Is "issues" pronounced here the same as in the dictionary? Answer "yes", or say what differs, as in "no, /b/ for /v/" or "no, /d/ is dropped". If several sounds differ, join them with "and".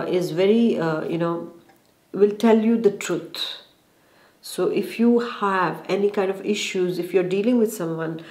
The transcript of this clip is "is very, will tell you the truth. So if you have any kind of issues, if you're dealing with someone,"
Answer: yes